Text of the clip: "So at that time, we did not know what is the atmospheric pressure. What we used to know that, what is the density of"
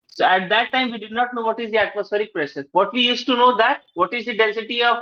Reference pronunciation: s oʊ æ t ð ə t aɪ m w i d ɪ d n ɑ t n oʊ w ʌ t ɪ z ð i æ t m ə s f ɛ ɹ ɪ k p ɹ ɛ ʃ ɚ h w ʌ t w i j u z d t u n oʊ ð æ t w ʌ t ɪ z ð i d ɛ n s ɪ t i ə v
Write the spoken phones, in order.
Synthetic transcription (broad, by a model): s oʊ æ t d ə t aɪ m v i d ɪ d n ɑ t n oʊ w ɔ t ɪ z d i æ t m ə s f ɛ ɹ ɪ k p ɹ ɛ s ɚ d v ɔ t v i j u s t u n oʊ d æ t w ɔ t ɪ z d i d ɛ n s ɪ t i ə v